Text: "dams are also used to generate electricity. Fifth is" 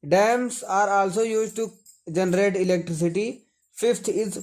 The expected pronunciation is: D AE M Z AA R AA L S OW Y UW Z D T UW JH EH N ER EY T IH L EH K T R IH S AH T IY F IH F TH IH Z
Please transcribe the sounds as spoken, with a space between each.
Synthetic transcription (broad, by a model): D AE M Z AA R AA L S OW Y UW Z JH T UW JH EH N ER EY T IH L EH K T R IH S AH T IY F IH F T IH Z